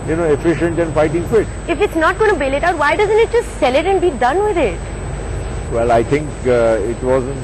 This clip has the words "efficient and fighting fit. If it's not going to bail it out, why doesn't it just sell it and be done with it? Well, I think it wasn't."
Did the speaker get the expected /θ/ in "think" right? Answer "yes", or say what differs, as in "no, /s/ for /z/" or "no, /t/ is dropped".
no, /t/ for /θ/